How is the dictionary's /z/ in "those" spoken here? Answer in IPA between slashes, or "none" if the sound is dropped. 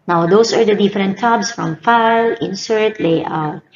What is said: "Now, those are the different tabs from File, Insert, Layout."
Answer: /s/